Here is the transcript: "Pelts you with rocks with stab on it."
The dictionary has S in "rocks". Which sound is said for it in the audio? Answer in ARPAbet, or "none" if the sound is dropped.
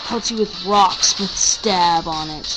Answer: S